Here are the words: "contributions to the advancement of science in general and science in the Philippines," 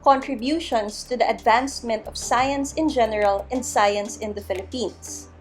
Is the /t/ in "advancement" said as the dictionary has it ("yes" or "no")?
yes